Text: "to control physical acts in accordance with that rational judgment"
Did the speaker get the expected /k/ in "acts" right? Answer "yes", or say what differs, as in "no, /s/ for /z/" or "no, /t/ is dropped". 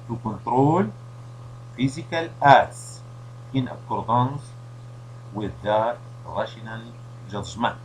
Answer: no, /k/ is dropped